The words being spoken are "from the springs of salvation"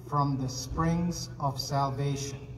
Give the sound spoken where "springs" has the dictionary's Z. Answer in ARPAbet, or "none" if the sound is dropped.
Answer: Z